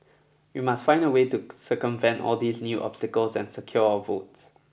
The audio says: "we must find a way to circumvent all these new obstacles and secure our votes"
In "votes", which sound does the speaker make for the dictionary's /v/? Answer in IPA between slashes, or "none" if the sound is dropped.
/v/